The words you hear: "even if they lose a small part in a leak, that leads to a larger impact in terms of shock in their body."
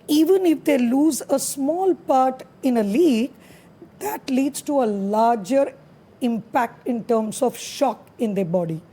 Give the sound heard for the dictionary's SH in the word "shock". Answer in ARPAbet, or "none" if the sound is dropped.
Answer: SH